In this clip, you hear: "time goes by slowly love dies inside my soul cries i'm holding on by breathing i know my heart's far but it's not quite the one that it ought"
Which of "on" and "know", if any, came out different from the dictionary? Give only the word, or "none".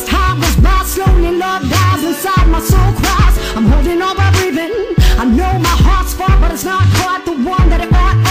on